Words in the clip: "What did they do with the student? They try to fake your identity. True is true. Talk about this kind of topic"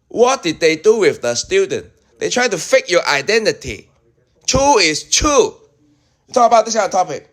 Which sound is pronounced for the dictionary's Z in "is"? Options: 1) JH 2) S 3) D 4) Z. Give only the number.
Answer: 2